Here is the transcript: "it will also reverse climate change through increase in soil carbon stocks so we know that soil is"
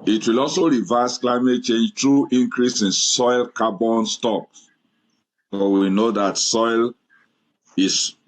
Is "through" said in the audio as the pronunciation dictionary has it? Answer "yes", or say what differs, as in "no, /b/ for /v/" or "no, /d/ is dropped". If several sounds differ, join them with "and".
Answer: no, /t/ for /θ/